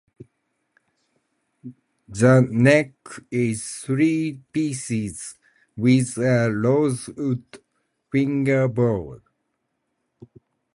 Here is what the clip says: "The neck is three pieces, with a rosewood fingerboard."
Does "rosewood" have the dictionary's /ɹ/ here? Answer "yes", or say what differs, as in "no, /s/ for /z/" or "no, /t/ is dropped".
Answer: no, /l/ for /ɹ/